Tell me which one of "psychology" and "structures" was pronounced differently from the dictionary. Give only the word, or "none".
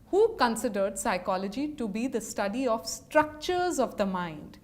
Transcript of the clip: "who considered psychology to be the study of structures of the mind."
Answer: none